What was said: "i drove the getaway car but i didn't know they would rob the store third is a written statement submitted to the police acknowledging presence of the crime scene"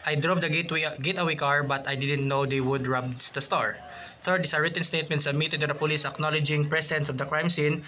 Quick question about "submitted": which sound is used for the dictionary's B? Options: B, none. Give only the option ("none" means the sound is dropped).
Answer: none